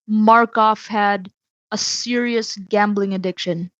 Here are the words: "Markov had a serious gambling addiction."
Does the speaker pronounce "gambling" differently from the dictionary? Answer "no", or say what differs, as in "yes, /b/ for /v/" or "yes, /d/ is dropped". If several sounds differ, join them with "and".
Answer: no